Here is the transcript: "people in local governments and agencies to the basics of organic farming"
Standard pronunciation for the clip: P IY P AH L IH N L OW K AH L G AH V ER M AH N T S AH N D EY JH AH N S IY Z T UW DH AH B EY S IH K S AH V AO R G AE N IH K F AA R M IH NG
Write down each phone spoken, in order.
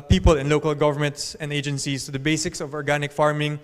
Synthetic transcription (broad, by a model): P IY P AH L IH N L OW K AH L G AH V ER M AH N T S AH N D EY JH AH N S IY S T UW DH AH B EY S IH K S AH V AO R G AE N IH K F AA R M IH NG